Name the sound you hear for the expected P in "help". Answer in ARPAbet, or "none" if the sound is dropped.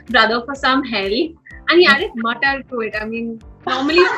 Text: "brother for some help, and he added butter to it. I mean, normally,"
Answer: none